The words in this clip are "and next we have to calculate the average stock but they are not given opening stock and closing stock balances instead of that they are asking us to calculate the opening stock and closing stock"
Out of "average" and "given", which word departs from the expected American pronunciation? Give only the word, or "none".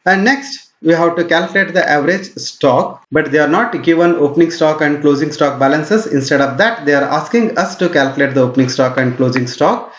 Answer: none